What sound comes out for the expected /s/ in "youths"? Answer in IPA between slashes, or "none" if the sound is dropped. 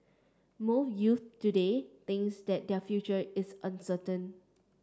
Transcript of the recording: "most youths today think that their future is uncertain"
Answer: none